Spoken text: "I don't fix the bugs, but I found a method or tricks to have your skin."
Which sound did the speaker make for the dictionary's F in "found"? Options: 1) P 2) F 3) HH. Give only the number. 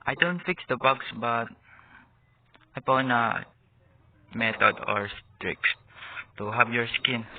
1